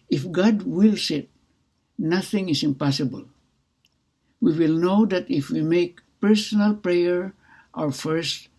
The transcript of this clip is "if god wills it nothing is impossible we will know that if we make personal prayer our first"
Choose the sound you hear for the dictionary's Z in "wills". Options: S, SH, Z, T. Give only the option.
S